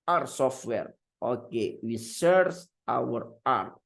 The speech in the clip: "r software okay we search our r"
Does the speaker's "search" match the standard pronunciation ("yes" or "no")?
no